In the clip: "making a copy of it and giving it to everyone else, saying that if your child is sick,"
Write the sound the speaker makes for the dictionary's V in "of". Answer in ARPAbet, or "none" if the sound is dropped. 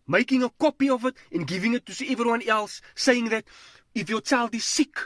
V